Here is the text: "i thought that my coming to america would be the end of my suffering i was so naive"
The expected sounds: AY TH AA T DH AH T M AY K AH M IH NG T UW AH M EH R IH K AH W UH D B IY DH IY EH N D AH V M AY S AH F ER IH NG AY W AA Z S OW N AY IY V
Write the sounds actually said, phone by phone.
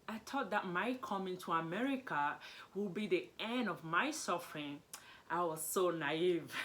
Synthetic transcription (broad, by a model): AY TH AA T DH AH T M AY K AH M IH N T UW AH M EH R IH K AH W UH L B IY DH IY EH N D AH V M AY S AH F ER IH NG AY W AA Z S OW N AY IY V